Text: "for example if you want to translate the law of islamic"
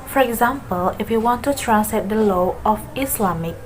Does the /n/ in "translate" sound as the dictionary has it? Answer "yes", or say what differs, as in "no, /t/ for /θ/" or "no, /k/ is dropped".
no, /n/ is dropped